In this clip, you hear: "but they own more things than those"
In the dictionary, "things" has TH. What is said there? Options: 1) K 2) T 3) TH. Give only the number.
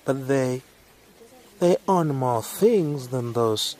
3